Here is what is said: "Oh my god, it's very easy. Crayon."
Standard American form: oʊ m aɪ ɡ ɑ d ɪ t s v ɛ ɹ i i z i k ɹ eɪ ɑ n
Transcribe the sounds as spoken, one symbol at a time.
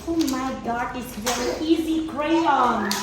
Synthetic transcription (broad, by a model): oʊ m aɪ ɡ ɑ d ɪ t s v ɛ ɹ i i z i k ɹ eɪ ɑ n